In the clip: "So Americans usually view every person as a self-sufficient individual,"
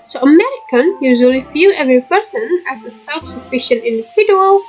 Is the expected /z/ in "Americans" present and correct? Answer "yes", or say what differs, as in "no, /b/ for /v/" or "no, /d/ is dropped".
no, /z/ is dropped